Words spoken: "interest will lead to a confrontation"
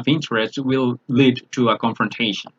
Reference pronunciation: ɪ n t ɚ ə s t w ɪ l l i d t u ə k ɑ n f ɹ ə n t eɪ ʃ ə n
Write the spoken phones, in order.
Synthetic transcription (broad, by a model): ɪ n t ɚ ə s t w ɪ l l i d t u ə k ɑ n f ɹ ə n t eɪ ʃ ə n